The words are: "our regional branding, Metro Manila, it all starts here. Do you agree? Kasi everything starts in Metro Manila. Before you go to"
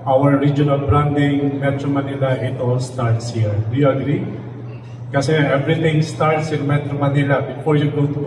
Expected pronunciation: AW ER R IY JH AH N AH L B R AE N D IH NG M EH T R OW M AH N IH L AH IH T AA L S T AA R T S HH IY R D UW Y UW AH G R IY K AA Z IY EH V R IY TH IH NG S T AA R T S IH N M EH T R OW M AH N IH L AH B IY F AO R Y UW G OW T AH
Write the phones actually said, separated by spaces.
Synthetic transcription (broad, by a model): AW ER R IY JH AH N AH L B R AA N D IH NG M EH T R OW M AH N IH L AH IH T AA L S T AA R T S HH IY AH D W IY AH G R IY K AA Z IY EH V R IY T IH NG S T AA R T S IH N M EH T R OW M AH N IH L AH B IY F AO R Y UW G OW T